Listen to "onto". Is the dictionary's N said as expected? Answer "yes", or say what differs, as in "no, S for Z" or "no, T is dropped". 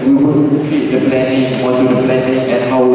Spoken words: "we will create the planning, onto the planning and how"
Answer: no, N is dropped